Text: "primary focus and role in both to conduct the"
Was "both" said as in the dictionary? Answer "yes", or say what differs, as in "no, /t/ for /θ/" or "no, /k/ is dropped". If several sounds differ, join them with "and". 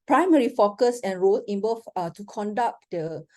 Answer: no, /f/ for /θ/